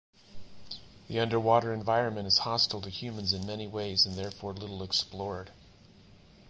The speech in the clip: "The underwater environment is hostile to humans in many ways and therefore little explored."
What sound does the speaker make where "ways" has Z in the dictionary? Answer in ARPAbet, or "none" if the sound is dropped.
Z